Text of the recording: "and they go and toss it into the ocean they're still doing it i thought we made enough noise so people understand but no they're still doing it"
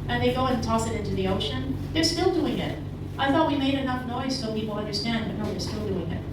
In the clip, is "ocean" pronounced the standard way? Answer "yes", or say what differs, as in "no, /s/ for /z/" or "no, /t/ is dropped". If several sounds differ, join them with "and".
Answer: yes